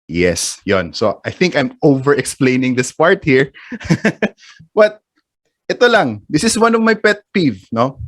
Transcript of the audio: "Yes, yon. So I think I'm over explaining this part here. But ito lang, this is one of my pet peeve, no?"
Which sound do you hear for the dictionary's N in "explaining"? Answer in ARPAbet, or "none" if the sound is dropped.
N